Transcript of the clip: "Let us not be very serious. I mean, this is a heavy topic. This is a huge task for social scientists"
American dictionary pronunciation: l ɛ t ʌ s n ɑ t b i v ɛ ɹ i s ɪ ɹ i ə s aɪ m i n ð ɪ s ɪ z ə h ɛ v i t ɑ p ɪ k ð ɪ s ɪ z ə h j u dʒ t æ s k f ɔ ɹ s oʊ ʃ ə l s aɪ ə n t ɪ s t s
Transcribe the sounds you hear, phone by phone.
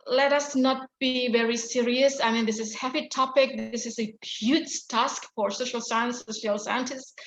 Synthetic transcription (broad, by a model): l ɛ t ʌ s n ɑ t b i v ɛ ɹ i s ɪ ɹ i ə s aɪ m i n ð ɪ s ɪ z h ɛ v i t ɑ p ɪ k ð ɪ s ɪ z ə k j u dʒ t æ s k f ɔ ɹ s oʊ ʃ ə l s aɪ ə n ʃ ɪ s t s